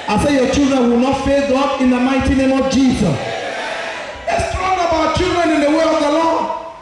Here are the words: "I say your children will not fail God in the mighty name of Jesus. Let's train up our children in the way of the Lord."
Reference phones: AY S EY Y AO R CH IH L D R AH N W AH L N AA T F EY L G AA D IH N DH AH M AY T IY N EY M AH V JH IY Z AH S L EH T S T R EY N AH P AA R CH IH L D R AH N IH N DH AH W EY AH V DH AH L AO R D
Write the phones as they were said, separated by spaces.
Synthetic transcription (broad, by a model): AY S EY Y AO CH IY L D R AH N W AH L N AA T F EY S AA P IH N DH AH M AY T IY N EY M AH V JH IY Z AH S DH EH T S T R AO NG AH B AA W CH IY L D R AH N IH N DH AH W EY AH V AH L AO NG